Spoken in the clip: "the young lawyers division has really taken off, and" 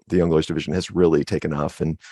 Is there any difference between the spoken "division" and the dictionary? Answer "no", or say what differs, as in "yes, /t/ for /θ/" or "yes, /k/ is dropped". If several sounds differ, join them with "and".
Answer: no